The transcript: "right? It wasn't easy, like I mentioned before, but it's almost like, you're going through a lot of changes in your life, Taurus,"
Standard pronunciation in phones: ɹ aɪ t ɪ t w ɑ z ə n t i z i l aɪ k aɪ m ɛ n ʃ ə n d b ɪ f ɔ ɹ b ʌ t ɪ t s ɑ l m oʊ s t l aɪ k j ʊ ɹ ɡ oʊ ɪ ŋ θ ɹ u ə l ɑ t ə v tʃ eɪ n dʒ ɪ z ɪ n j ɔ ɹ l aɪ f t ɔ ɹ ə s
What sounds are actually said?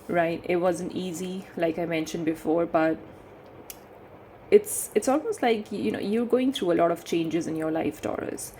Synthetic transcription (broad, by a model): ɹ aɪ t ɪ t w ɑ z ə n t i z i l aɪ k aɪ m ɛ n ʃ ə n d b ɪ f ɔ ɹ b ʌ t ɪ t s ɑ l m oʊ s t l aɪ k j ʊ ɹ ɡ oʊ ɪ ŋ t ɹ u ə l ɑ t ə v tʃ eɪ n dʒ ɪ z ɪ n j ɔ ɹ l aɪ f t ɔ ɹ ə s